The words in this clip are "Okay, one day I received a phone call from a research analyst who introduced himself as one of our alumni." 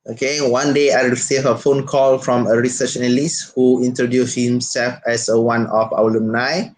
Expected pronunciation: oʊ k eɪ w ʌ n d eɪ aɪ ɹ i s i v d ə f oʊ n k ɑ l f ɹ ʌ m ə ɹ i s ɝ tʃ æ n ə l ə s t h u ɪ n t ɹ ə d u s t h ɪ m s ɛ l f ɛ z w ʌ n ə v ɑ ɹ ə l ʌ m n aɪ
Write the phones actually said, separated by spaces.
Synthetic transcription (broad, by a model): oʊ k eɪ w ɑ n d eɪ aɪ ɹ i s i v ə f oʊ n k ɑ l f ɹ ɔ m ə ɹ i s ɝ tʃ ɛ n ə l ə s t h u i n t ɹ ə d u s h ɪ m s ɛ l f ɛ s w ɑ n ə f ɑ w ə l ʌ m n aɪ